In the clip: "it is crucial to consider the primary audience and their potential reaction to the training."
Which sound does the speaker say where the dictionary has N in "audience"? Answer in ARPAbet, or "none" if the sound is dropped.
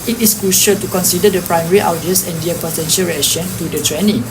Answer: none